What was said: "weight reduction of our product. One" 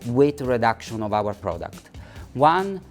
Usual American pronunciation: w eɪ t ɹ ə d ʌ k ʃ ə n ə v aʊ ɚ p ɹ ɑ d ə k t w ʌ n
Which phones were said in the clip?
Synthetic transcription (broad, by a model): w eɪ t ɹ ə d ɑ k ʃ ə n ə v aʊ ɚ p ɹ ɑ d ə k t w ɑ n